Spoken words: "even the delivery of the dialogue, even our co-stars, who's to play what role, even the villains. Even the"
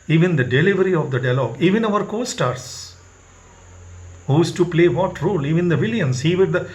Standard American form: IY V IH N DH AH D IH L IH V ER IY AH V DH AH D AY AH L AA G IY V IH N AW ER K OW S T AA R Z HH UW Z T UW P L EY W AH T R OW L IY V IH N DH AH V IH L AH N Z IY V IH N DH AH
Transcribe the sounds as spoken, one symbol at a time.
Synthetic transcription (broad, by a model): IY V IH N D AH D IH L IH V ER IY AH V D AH D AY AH L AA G IY V IH N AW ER K OW S T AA R S HH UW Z T UW P L EY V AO T R OW L IY V IH N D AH V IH L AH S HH IY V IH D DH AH